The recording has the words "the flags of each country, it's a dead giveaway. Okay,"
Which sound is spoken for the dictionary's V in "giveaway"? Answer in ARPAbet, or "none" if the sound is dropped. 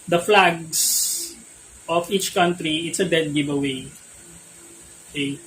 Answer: B